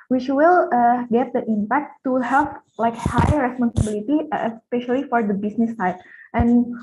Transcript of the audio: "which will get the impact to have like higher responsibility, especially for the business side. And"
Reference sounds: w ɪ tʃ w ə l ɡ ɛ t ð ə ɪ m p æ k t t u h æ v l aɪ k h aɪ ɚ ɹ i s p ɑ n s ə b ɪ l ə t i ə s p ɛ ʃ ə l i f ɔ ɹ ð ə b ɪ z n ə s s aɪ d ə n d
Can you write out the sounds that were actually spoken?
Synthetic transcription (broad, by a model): w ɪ tʃ w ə l ɡ ɛ t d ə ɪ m p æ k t t u h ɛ p l aɪ k h aɪ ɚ ɹ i s p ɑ n s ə b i l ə t i ə s p ɛ ʃ ə l i f ɔ ɹ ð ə b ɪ s n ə s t aɪ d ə n